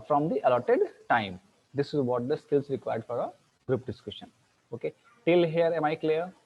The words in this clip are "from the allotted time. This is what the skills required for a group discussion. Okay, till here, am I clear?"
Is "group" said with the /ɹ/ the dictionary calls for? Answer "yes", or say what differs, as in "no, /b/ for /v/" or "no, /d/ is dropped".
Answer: yes